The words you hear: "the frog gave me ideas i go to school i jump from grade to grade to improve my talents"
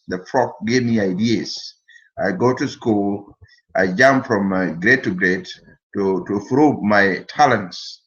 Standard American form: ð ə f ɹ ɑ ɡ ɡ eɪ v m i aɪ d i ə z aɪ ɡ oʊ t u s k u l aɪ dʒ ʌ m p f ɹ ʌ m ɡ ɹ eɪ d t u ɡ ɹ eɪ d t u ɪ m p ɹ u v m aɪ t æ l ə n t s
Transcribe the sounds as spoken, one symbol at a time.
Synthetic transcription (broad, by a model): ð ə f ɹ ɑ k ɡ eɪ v m i aɪ d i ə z aɪ ɡ oʊ t u s k u l aɪ dʒ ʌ m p f ɹ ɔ m ɡ ɹ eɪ t u ɡ ɹ eɪ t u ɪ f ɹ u b m aɪ t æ l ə n t s